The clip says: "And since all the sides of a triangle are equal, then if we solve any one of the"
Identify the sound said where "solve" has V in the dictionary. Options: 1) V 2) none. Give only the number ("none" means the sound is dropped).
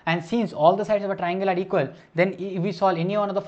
2